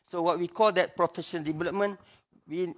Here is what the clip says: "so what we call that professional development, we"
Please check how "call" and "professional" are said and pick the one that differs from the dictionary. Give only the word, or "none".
professional